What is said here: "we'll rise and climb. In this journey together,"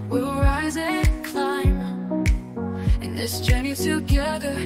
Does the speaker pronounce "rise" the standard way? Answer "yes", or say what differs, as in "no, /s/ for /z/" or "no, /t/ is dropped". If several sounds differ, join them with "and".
yes